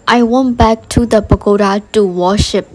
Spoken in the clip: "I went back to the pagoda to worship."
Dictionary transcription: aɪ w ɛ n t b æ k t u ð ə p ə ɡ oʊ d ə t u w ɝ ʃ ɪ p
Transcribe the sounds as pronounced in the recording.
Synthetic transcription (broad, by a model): aɪ w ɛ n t b æ k t u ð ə b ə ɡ oʊ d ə t u w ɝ ʃ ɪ p